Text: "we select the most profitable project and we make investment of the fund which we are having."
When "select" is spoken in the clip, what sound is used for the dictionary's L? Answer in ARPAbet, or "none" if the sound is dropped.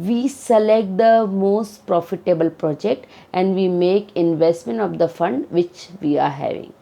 L